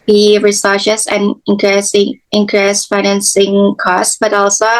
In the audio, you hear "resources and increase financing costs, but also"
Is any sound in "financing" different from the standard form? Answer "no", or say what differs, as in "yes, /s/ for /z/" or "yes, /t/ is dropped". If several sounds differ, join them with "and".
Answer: no